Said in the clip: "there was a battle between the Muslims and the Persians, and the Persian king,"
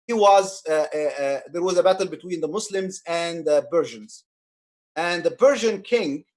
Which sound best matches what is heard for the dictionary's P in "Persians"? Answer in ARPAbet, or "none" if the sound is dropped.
B